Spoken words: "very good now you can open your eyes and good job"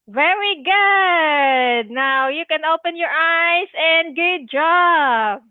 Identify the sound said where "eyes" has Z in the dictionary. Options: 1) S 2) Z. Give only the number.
1